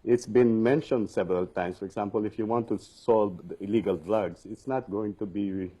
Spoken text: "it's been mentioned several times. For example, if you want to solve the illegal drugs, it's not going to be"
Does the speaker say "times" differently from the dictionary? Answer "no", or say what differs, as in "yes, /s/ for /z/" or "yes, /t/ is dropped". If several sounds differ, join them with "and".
yes, /s/ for /z/